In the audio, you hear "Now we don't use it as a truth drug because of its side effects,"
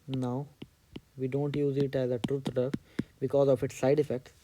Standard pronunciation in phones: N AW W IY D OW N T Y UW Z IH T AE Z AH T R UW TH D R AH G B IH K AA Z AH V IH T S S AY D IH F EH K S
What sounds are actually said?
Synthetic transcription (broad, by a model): N AW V IY D OW N T Y UW Z IH T AE Z AH T R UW T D AH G B IH K AA Z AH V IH T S S AY D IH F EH K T